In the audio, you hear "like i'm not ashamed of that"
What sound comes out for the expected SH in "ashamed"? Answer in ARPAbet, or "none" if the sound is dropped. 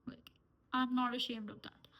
SH